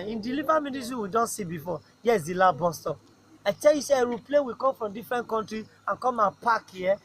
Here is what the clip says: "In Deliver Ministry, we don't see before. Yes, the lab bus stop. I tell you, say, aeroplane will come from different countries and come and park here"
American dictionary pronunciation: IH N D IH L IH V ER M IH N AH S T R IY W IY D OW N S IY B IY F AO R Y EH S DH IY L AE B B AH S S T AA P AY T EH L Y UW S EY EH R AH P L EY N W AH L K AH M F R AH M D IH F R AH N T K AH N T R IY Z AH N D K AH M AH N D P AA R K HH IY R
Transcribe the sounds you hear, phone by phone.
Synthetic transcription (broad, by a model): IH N D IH L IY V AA M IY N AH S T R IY W IY D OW N S IY B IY F AO Y EH S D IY L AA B B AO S S T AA AY T EH L Y UW S EY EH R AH P L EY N W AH K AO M F R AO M D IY F R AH N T K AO N T R IY AH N K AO M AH P AA K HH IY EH